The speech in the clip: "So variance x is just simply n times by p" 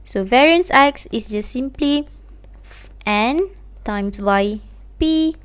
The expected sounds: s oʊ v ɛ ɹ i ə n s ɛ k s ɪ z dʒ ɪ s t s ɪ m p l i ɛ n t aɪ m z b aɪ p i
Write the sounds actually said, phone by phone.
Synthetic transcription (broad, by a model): s oʊ v ɛ ɹ i ə n s ɛ k s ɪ s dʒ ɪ s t s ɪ m p l i ɛ n t aɪ m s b aɪ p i